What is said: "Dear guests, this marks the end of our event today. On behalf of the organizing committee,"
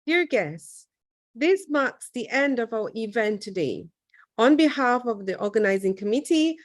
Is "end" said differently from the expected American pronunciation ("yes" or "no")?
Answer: no